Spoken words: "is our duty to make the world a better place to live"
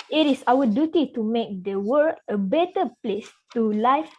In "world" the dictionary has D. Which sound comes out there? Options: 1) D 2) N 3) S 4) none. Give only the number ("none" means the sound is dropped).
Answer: 4